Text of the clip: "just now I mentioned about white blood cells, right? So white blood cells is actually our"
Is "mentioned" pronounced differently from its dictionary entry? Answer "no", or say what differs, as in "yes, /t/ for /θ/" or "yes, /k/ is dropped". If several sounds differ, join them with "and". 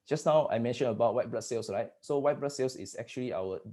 yes, /d/ is dropped